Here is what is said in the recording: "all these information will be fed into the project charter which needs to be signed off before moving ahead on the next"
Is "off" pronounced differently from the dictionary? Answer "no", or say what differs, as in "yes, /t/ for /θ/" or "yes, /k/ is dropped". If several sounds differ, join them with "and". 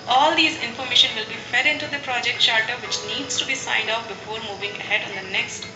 yes, /p/ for /f/